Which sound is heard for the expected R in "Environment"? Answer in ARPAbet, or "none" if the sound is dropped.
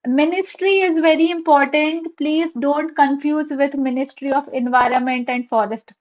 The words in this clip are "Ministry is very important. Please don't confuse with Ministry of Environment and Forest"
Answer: R